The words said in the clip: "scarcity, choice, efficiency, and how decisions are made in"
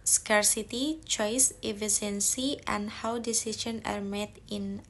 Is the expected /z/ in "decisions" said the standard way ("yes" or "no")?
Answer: no